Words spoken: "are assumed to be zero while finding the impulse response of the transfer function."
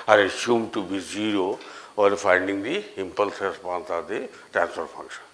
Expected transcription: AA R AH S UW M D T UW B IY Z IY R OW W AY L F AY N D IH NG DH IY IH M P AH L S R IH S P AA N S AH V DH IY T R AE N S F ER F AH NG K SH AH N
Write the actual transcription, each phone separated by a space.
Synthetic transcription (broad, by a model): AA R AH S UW M T UW B IY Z IY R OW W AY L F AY N D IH NG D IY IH M P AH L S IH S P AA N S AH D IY T R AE N S P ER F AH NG K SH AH N